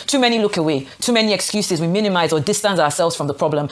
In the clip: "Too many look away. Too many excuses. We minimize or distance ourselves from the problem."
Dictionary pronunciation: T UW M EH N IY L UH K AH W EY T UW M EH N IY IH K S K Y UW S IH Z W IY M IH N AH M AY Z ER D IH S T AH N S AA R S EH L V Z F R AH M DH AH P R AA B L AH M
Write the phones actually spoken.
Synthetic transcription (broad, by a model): T UW M EH N IY L UH K AH W EY T UW M EH N IY IH K S K Y UW S IH Z W IY M IH N AH M AY Z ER D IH S T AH N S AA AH S EH L V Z F R AH M DH AH P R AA B L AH M